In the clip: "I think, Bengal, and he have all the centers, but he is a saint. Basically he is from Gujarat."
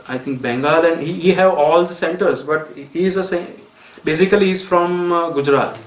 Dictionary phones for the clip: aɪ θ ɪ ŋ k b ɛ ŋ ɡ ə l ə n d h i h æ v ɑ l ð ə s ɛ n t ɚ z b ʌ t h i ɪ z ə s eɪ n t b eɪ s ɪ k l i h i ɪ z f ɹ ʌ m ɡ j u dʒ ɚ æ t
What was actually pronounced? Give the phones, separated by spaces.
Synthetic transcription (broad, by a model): aɪ t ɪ ŋ k b ɛ ŋ ɡ ə l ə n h h i h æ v ɑ l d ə s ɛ n t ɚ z b ʌ t h i ɪ z ə s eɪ b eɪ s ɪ k i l i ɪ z f ɹ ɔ m ɡ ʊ dʒ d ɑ t